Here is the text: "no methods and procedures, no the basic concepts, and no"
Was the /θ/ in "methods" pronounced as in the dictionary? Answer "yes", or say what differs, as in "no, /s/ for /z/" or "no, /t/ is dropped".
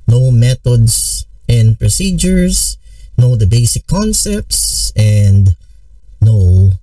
no, /t/ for /θ/